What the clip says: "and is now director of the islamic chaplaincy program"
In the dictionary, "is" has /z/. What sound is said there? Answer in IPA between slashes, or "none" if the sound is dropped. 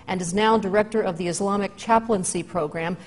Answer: /z/